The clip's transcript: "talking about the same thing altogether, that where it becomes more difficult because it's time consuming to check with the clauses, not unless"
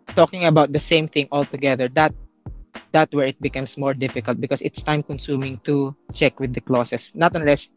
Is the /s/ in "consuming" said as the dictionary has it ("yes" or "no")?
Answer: yes